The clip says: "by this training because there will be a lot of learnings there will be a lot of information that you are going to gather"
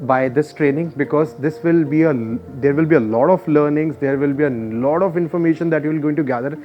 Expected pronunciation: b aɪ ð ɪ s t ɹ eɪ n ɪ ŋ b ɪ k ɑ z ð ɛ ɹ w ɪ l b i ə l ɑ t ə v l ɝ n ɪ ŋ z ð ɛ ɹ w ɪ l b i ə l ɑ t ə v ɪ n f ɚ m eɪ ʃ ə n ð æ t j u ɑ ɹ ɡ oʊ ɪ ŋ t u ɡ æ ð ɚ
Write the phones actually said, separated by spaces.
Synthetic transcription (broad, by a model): b aɪ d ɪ s t ɹ eɪ n ɪ ŋ b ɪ k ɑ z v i ɹ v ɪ l b i ə l ɑ t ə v l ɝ n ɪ ŋ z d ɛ ɹ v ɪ l b i ə l ɑ t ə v ɪ n f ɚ m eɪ ʃ ə n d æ t j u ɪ l ɡ oʊ ɪ ŋ t u ɡ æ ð ɚ